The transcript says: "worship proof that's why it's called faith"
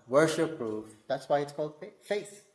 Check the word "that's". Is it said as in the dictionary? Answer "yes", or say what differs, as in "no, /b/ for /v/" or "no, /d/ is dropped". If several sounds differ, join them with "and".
yes